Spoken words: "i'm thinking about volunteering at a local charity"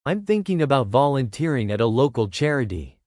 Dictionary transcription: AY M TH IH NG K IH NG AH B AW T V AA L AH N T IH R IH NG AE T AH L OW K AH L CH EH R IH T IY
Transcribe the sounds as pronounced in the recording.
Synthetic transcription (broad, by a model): AY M TH IH NG K IH NG AH B AW T V AA L AH N T IH R IH NG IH T AH L OW K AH L CH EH R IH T IY